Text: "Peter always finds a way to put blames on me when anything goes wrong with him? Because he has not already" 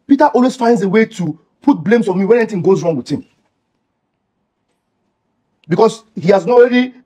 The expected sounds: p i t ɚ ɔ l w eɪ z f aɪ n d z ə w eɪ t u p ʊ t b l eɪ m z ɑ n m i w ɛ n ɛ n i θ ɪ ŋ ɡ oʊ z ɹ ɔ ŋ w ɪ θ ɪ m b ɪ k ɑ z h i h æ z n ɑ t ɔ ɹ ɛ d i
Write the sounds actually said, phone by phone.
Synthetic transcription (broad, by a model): p i t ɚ ɔ l w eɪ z f aɪ n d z ə w eɪ t u p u t b l eɪ m s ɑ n m i w ɛ n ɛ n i t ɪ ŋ ɡ oʊ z ɹ ɔ ŋ w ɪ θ ɪ m b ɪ k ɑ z h i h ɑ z n ɔ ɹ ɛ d i